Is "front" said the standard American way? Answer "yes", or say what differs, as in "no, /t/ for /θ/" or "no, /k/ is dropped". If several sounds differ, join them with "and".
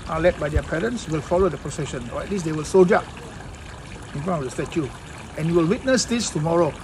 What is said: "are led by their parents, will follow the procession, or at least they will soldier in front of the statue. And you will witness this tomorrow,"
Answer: no, /t/ is dropped